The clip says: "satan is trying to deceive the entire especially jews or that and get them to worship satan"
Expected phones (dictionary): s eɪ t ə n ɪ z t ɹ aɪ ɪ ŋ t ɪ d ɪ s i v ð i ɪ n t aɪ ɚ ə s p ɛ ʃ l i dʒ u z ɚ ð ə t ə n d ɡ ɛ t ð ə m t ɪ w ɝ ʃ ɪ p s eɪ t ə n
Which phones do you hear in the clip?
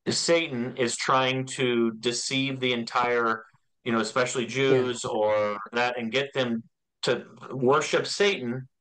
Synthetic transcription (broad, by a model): s eɪ t n ɪ z t ɹ aɪ ɪ ŋ t ɪ d ɪ s i v ð i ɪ n t aɪ ɚ ə s p ɛ ʃ l i dʒ u z ɚ ð ə t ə n ɡ ɛ t ð ə m t ɪ w ɝ ʃ ɪ p s eɪ t n